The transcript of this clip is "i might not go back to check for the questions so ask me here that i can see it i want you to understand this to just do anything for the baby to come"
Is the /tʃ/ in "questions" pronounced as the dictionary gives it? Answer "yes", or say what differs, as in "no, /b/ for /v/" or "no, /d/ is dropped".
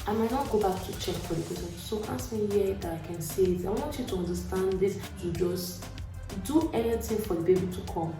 no, /tʃ/ is dropped